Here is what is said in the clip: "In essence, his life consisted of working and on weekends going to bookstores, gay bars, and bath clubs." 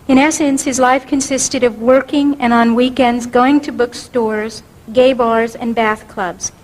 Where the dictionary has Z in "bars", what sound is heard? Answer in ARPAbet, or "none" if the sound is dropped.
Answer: Z